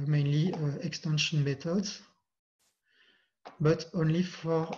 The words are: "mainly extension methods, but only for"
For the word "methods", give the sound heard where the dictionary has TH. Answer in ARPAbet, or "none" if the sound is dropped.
T